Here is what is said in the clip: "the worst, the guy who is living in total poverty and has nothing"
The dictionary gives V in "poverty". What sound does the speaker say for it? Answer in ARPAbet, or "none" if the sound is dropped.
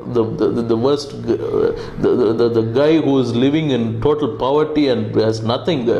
V